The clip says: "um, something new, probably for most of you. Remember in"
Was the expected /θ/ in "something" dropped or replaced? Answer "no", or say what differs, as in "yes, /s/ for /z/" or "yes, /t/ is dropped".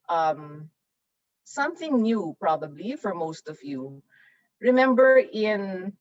no